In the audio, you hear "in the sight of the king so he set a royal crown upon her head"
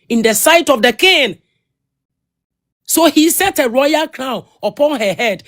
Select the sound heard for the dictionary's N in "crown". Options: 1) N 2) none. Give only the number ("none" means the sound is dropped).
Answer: 2